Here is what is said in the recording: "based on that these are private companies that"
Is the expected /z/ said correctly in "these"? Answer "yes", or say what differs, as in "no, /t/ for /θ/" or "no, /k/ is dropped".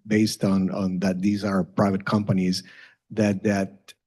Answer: yes